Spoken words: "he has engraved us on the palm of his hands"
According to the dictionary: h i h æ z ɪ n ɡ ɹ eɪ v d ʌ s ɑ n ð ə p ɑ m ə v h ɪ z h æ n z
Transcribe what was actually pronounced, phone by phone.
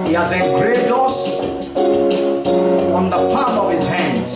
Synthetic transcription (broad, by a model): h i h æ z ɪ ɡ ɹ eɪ d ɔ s ɑ n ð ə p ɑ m ə v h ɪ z h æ n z